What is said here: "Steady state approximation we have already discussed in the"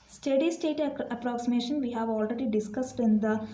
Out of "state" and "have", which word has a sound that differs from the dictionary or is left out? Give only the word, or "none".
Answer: none